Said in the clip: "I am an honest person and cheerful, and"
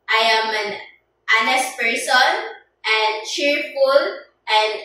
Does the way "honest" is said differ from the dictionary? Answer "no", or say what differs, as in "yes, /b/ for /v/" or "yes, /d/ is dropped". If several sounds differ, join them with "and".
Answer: no